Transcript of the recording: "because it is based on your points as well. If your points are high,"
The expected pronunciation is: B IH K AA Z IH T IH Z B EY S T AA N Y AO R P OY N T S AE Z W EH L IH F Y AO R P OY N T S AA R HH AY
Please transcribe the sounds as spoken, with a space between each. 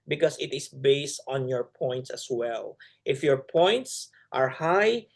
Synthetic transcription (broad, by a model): B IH K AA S IH T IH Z B EY S T AA N Y AO R P OY N T S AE S W EH L IH F Y AO R P OY N T S AA R HH AY